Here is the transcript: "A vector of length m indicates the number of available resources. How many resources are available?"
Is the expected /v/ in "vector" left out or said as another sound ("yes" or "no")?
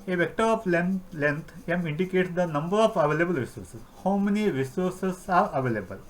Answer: no